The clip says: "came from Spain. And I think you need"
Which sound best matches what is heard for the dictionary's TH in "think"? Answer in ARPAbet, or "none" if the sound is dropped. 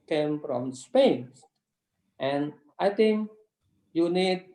T